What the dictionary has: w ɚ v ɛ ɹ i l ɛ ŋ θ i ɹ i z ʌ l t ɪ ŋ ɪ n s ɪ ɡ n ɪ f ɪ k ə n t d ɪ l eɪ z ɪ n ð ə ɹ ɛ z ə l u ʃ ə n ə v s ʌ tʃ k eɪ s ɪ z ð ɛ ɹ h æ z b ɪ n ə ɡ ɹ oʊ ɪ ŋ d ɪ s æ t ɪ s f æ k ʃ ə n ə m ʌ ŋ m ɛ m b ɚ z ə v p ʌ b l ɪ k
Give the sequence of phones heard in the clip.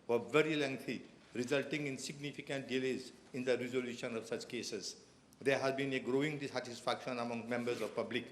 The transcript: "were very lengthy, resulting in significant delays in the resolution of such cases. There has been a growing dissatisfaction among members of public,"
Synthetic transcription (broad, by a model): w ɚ v ɛ ɹ i l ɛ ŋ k i ɹ i z ʌ l t ɪ ŋ ɪ n s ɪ ɡ n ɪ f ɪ k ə n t d ɪ l eɪ z ɪ n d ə ɹ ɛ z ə l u ʃ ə n ə v s ʌ tʃ k eɪ s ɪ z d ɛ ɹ h æ z b ɪ n ə ɡ ɹ oʊ ɪ ŋ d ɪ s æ t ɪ s f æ k ʃ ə n ə m ʌ ŋ m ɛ m b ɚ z ə v p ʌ b l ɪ k